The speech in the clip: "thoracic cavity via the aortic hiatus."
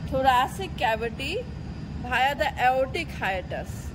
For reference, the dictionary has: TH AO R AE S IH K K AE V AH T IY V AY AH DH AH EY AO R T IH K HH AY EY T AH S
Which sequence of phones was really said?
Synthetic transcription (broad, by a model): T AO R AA S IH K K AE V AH T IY B AY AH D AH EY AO T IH K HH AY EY T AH S